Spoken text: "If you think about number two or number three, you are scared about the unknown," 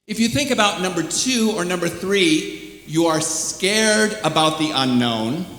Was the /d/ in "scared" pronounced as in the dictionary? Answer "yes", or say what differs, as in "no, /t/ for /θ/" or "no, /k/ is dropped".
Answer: yes